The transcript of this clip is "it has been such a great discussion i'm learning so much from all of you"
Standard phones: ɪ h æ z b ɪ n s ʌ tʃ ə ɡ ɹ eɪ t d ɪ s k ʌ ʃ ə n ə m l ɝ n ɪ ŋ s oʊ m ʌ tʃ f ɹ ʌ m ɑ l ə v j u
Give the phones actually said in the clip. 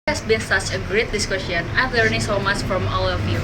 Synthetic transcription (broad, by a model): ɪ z b ɪ n s ʌ tʃ ə ɡ ɹ eɪ t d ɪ s k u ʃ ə n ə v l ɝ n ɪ s oʊ m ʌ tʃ f ɹ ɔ m ɑ l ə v j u